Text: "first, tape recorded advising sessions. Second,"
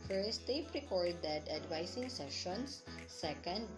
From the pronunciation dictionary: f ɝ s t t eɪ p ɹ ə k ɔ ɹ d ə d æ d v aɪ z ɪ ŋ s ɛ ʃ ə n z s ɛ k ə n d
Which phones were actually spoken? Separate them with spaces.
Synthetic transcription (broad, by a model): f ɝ s t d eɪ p ɹ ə k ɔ ɹ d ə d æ d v aɪ s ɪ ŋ s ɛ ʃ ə n s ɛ k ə n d